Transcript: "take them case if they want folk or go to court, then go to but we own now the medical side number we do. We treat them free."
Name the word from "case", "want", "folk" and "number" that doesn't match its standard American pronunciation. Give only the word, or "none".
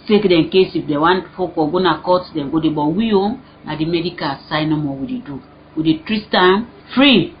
number